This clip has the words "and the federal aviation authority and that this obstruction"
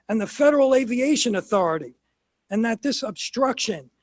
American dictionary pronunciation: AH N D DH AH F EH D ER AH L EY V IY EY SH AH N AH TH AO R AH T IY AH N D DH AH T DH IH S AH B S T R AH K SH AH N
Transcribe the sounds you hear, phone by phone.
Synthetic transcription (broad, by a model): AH N DH AH F EH D ER L EY V IY EY SH AH N AH TH AO R AH T IY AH N DH AH T DH IH S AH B S T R AH K SH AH N